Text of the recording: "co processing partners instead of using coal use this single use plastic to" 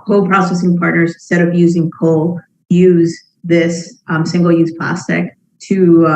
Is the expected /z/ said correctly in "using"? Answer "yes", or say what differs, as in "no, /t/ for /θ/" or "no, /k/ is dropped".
yes